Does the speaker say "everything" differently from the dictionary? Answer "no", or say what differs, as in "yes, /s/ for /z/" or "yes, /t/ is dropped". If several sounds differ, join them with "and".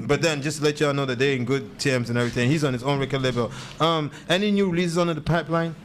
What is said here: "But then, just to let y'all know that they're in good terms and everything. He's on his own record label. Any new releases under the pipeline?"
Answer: no